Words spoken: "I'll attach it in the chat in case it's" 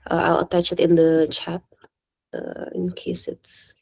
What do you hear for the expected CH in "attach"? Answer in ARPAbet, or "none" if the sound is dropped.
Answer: CH